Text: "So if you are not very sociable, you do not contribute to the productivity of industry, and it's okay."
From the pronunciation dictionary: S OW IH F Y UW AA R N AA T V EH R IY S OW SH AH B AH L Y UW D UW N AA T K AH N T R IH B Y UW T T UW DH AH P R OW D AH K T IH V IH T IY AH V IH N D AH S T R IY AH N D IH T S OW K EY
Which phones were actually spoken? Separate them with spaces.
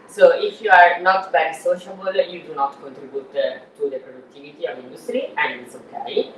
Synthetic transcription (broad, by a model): S OW IH F Y UW AA R N AA T B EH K S OW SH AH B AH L Y UW D UW N AA T K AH N T R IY B Y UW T T UW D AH P R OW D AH K T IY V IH T IY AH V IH N D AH S T R IY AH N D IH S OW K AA